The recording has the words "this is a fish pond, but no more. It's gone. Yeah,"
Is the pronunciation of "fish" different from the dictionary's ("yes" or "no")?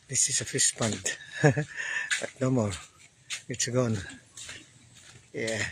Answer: yes